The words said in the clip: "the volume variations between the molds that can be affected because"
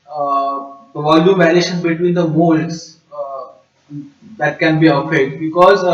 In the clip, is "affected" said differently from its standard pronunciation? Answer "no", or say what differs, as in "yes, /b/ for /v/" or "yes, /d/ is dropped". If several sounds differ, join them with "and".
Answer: yes, /f/ is dropped